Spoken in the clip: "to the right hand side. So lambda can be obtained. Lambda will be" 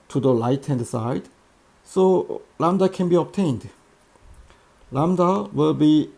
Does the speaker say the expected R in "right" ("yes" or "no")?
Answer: no